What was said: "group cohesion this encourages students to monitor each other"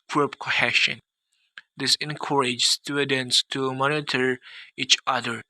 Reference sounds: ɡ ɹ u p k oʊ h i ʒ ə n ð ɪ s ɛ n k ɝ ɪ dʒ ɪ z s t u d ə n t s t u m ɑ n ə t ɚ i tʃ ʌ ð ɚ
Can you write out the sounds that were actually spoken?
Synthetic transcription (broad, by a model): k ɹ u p k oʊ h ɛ ʃ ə n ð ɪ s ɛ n k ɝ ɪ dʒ s t u d ə n t s t u m ɑ n ə t ɚ i tʃ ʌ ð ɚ